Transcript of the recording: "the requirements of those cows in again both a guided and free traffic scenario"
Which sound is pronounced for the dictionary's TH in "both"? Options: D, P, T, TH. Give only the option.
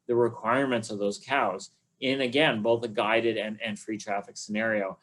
TH